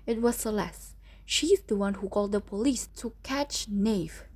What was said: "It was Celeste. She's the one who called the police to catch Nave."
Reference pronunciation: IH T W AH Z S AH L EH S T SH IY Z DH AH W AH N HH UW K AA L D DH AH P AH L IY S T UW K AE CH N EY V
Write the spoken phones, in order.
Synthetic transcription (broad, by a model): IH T W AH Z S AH L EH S SH IY Z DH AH W AH N HH UW K AA L D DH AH P AH L IY S T UW K AE CH N EY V